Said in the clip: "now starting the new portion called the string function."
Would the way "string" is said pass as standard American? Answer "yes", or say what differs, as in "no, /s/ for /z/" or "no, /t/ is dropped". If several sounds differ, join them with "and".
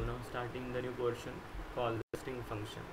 no, /ɹ/ is dropped